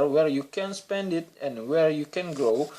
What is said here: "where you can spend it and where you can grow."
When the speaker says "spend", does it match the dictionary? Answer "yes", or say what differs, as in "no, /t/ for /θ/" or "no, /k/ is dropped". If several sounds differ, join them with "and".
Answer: yes